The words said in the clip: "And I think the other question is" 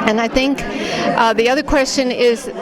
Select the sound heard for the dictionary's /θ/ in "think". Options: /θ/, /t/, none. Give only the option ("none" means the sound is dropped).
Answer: /θ/